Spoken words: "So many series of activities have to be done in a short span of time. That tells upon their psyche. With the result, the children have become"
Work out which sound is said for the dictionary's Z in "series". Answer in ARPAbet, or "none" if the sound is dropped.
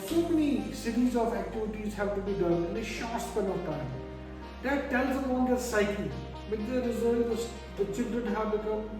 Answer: Z